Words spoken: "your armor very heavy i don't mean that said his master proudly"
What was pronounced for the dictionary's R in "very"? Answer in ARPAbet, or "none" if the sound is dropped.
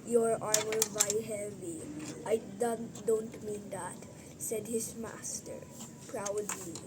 none